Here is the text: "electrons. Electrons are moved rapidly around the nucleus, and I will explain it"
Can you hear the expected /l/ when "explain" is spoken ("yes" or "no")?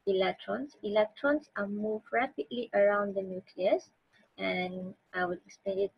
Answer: no